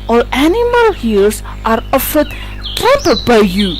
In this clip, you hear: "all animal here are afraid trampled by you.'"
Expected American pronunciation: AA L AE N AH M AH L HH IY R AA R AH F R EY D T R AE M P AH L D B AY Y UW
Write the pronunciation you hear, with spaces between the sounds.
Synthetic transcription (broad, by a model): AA L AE N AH M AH L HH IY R AA R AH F AH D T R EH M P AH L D B AY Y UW